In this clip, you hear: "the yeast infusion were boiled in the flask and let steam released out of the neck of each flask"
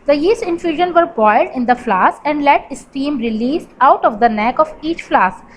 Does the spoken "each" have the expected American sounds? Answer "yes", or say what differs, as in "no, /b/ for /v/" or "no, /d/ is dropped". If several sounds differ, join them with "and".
yes